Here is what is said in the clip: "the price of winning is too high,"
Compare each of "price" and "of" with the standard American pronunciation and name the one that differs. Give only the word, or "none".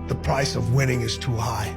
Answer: none